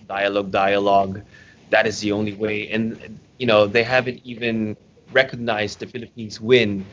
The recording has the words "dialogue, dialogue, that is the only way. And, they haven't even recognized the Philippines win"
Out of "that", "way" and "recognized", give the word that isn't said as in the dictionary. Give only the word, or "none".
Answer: none